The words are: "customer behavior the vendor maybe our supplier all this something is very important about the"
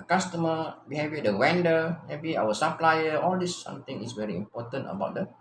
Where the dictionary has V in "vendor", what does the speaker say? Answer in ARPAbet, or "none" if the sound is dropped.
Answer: W